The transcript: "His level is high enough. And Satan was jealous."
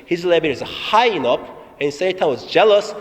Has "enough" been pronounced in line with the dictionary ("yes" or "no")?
no